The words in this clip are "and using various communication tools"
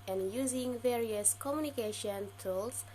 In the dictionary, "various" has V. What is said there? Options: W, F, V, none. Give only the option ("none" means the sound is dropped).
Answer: V